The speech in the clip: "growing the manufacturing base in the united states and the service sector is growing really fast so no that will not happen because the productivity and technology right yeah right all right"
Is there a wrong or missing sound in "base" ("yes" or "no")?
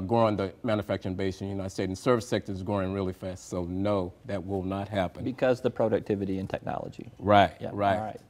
yes